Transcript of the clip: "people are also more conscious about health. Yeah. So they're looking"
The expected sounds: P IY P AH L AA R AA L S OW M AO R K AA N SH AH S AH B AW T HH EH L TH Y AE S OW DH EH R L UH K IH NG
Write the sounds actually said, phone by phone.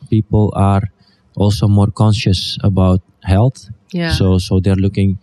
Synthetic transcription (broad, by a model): P IY P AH L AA R AA L S OW M AO R K AA N SH AH S AH B AW T HH EH L TH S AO S OW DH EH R L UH K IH NG